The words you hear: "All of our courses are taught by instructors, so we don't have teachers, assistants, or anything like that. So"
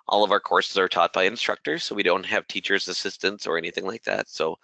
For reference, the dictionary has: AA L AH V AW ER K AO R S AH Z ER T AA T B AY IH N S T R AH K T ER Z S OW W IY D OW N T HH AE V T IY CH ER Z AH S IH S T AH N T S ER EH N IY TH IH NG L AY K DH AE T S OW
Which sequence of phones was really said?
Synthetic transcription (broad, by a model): AA L AH V AW ER K AO R S AH Z ER T AA T B AY IH N S T R AH K T ER Z S OW W IY D OW N T HH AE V T IY CH ER Z AH S IH S T AH N T S ER EH N IY TH IH NG L AY K DH AE T S OW